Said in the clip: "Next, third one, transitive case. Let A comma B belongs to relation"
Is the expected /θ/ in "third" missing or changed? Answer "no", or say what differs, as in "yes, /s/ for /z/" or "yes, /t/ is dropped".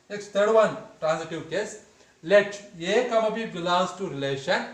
yes, /t/ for /θ/